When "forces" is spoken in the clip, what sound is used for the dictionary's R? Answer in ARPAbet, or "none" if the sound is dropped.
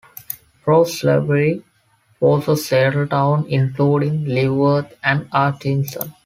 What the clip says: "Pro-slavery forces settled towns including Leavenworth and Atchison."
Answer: L